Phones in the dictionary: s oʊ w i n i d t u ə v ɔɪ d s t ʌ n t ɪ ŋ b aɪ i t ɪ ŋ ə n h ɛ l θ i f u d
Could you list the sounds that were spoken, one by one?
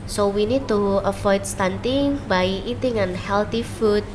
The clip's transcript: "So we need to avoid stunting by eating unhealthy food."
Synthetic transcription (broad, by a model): s oʊ w i n i d t u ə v ɔɪ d s t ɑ n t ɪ ŋ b aɪ i t ɪ ŋ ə n h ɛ l t i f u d